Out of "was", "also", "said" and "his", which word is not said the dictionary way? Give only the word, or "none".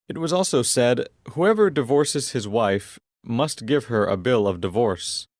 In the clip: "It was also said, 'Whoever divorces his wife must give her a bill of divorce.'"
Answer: none